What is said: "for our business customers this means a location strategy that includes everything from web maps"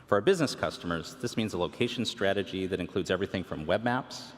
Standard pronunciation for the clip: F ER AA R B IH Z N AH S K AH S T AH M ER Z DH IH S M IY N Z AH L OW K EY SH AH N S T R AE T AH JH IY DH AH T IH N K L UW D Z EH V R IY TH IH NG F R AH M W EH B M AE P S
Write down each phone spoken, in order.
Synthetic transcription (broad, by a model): F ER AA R B IH Z N AH S K AH S T AH M ER Z DH IH S M IY N Z AH L OW K EY SH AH N S T R AE T AH JH IY DH AH T IH N K L UW D Z EH V R IY TH IH NG F R AH M W EH B M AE P S